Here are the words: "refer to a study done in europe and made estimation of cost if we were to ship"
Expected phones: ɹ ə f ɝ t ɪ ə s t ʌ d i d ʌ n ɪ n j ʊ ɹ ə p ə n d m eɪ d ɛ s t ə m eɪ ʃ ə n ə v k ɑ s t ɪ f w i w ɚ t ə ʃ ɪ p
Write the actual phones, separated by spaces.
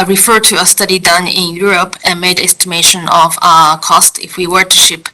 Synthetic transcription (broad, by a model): ɹ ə f ɝ t ɪ ə s t ʌ d i d ʌ n ɪ n j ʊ ɹ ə p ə n m eɪ d ɛ s t ə m eɪ ʃ ə n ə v k ɑ s t ɪ f w i w ɚ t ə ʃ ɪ p